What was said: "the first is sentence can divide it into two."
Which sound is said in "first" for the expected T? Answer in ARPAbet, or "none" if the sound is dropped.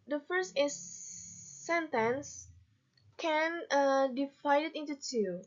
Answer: T